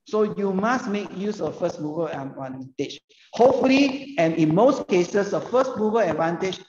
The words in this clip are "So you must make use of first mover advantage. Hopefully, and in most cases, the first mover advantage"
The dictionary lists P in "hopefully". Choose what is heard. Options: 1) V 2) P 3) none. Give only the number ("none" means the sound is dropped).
3